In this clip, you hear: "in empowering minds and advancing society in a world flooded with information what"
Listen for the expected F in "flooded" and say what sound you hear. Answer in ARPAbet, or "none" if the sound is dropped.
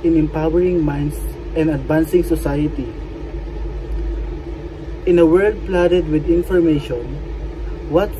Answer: P